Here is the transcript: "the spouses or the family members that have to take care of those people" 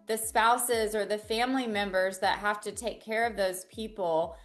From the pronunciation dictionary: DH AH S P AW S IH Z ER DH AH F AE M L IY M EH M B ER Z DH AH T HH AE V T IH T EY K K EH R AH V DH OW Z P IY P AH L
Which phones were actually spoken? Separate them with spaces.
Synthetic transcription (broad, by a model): DH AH S P AW S IH Z ER DH AH F AE M L IY M EH M B ER Z DH AH T HH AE F T IH T EY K K EH R AH V DH OW Z P IY P L